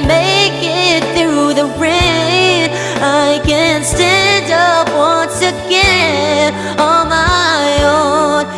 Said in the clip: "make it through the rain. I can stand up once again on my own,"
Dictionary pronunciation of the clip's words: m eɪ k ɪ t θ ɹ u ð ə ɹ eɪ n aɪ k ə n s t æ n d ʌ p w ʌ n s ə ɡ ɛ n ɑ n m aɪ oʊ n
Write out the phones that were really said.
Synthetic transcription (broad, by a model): m eɪ k ɪ t θ ɹ u ð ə ɹ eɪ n aɪ k ə n s t æ n d ʌ p w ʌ n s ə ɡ ɛ ɑ l m aɪ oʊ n